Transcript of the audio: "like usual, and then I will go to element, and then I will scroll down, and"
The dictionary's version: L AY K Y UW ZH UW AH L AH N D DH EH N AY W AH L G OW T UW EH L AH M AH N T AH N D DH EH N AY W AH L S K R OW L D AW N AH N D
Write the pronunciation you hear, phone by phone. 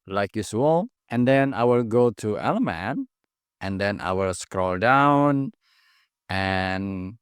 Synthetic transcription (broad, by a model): L AY K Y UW S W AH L AH N D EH N AY W AH L G OW T UW EH L AH M AH N T AH N D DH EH N AY W AH L S K R OW L D AW N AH N